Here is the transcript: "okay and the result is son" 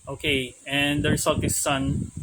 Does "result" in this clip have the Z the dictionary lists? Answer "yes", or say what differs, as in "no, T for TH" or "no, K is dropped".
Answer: no, S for Z